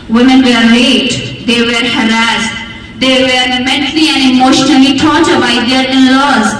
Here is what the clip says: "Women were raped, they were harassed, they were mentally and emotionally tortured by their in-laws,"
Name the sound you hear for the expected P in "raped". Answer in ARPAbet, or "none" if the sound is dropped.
none